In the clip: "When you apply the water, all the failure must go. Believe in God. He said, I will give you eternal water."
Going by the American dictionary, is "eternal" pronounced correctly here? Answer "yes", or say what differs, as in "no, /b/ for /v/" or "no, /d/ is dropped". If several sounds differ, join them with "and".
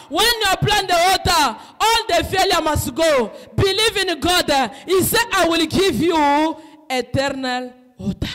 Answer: yes